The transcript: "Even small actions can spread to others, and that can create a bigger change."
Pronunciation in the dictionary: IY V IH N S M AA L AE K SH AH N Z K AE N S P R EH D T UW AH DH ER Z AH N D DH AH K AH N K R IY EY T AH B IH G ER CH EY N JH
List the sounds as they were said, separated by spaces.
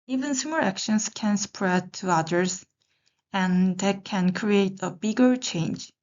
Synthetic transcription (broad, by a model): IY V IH N S EH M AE K SH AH N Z K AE N S P R EH D T UW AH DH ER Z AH N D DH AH K AH N K R IY EY T AH B IH G ER CH EY N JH